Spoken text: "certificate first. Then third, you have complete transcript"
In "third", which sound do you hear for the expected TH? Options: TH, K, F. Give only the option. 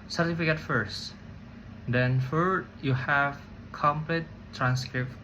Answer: F